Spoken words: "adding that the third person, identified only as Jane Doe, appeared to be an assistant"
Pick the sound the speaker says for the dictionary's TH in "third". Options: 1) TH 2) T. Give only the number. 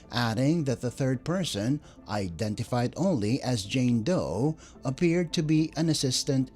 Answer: 1